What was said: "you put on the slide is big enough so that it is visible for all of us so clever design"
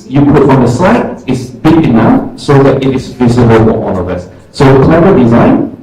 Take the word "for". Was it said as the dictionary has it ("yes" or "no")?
no